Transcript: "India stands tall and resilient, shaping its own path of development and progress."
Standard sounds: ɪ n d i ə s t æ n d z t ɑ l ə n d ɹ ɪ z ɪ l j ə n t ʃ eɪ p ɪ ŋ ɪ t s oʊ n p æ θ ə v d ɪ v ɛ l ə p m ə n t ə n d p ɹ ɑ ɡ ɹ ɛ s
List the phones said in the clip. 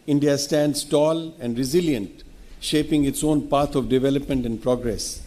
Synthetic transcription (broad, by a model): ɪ n d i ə s t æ n d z t ɑ l ə n d ɹ ɪ z ɪ l j ə n t ʃ eɪ p ɪ ŋ ɪ t s oʊ n p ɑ t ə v d ɪ v ɛ l ə p m ə n t ə n d p ɹ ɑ ɡ ɹ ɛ s